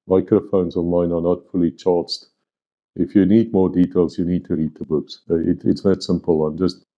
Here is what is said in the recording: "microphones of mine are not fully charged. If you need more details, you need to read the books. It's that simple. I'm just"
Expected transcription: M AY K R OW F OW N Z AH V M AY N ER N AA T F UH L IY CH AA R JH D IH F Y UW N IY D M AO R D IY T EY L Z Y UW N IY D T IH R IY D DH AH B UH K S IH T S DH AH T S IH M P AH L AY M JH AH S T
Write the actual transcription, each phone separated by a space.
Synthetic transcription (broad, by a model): M AY K R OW F OW N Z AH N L AY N ER N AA T F UH L IY CH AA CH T IH F Y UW N IY D M AO R D IY T EY L Z Y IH N IY D T IH R IY D DH AH B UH K S IH T S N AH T S IH M P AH L AY M JH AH S T